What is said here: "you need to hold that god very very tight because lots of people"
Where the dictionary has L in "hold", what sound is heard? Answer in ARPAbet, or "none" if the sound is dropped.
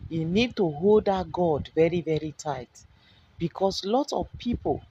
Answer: L